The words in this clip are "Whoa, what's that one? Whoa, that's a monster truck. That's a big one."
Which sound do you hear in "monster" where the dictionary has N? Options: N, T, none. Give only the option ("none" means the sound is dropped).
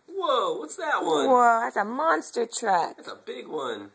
N